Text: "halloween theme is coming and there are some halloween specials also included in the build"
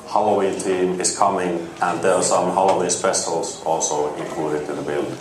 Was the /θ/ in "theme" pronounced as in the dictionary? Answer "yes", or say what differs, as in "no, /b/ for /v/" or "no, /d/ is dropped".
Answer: no, /t/ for /θ/